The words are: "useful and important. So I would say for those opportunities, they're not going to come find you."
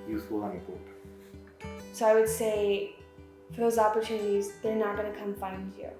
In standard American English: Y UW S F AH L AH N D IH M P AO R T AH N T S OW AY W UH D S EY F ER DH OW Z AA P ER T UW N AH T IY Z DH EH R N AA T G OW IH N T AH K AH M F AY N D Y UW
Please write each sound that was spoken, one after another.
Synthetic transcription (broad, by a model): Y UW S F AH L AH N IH P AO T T S OW AY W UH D S EY F ER DH OW Z AA P ER T UW N AH T IY Z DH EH R N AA T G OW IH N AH K AH M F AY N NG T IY